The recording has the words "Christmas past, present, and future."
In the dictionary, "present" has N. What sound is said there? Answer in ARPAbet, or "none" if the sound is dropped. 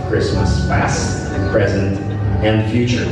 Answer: N